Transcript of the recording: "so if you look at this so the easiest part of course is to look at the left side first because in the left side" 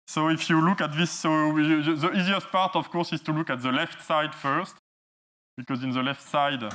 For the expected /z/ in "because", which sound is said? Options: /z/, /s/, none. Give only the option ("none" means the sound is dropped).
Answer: /z/